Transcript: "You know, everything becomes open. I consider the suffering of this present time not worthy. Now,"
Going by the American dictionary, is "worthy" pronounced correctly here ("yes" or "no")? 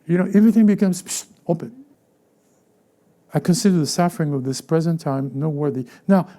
yes